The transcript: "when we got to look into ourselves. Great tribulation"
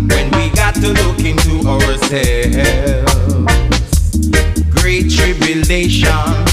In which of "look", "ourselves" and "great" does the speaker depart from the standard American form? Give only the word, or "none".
ourselves